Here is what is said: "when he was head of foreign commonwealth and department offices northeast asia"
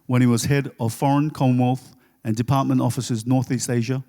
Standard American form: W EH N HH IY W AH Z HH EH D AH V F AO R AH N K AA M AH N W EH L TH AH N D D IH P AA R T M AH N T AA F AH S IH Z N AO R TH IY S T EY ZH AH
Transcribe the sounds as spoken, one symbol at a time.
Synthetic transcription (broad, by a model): W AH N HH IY W AH Z HH EH D AH V F AO R AH N K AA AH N W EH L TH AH N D D IH P AA R T M AH N T AA F AH S IH Z N AO R TH IY S T EY ZH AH